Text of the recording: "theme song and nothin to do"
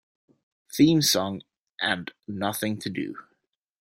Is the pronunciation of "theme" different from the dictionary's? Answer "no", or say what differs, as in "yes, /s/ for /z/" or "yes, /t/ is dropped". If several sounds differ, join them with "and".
no